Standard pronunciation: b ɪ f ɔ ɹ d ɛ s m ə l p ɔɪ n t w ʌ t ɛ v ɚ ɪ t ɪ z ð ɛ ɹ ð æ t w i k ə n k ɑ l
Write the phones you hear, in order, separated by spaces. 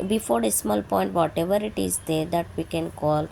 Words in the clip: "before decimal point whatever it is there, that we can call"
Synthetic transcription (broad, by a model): b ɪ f ɔ ɹ d ɛ s m ə l p ɔɪ n t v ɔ t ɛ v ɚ ɪ t ɪ z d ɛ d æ t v i k ə n k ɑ l